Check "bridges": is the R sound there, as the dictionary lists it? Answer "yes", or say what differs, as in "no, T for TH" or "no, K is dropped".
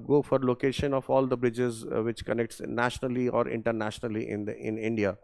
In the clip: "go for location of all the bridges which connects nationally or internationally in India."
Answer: yes